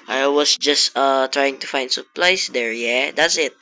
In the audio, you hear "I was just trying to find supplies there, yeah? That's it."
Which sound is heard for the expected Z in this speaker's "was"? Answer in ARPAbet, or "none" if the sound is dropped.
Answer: S